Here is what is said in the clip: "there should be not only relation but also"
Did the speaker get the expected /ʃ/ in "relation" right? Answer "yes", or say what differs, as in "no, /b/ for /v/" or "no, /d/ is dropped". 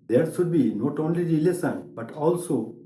no, /s/ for /ʃ/